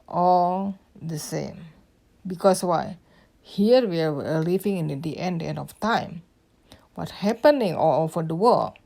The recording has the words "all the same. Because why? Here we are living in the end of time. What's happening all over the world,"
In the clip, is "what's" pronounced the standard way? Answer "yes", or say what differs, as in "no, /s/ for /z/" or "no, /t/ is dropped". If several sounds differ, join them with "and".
no, /s/ is dropped